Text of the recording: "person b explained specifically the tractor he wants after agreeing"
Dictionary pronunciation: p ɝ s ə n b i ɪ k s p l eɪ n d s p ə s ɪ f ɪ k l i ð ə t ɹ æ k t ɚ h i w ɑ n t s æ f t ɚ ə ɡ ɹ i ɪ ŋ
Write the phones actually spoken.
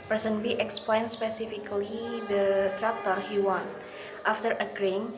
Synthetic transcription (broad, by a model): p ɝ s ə n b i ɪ k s p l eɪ n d s p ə s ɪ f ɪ k l i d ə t ɹ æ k t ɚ h i w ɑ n t ɑ f t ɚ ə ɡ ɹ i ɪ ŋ